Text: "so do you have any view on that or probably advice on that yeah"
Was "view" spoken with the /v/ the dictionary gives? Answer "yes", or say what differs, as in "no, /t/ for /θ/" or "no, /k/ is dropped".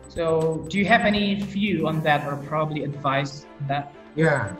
no, /f/ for /v/